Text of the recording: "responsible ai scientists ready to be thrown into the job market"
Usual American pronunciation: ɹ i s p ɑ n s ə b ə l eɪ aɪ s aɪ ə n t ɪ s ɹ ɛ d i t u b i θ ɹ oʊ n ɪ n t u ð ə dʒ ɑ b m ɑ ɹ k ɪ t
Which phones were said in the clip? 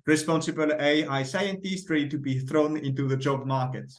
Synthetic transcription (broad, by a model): ɹ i s p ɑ n s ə b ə l eɪ aɪ s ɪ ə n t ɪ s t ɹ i t u b i θ ɹ oʊ n ɪ n t u ð ə dʒ ɑ b m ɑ ɹ k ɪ t